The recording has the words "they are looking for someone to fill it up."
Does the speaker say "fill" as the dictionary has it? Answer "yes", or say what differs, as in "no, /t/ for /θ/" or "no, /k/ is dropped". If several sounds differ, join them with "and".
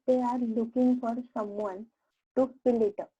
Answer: no, /p/ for /f/